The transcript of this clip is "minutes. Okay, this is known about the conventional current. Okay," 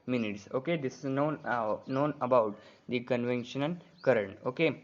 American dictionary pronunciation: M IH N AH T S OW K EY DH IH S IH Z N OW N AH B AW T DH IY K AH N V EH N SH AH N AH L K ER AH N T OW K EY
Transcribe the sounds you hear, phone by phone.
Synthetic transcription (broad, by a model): M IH N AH T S OW K EY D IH S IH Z N OW N AH B AW T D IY K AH N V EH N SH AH N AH N K ER AH N T OW K EY